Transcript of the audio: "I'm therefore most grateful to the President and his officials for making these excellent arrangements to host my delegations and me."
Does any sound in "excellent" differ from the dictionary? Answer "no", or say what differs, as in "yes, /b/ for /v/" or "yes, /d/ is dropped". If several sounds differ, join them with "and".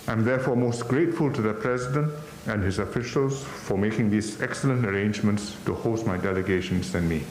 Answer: no